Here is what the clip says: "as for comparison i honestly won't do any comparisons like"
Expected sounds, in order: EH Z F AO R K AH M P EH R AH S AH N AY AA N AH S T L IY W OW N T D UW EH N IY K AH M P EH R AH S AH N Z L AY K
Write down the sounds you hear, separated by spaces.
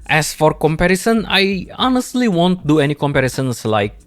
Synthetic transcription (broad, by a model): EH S F AO R K AH M P EH R AH S AH N AY AA N AH S T L IY W OW N T D UW EH N IY K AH M P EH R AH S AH N S L AY K